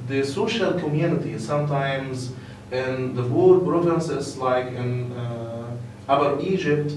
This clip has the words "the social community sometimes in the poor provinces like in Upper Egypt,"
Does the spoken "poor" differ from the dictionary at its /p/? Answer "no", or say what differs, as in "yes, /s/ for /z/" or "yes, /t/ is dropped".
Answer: yes, /b/ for /p/